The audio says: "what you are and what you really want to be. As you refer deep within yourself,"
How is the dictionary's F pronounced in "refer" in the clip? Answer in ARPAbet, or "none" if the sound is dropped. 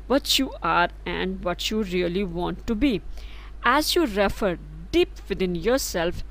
F